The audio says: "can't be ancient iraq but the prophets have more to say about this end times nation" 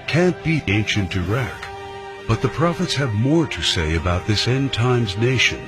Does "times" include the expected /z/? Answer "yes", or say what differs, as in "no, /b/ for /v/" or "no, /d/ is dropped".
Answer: yes